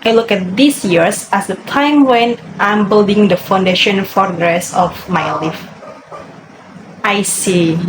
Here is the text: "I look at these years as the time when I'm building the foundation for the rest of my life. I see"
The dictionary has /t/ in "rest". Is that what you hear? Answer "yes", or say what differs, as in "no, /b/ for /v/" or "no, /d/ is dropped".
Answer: no, /t/ is dropped